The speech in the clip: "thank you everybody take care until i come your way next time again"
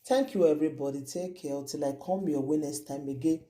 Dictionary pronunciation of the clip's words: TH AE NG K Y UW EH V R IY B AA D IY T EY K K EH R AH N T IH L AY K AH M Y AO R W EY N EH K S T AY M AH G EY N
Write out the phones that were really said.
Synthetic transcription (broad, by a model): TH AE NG K Y UW EH V R IY B AA D IY T EY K K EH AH T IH L AY K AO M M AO W EY N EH S T AY M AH G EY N